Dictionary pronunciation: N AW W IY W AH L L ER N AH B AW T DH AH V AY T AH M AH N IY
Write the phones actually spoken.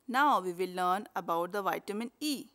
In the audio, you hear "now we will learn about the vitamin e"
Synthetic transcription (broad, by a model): N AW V IY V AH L L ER N AH B AW T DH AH V AY T AH M AH N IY